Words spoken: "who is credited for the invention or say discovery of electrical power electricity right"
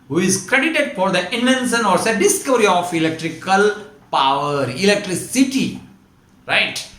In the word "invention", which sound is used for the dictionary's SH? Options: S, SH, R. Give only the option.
S